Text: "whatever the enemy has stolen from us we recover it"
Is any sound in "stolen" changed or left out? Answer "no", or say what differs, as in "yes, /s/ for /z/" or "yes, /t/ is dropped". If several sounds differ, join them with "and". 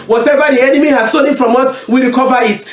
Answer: yes, /n/ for /l/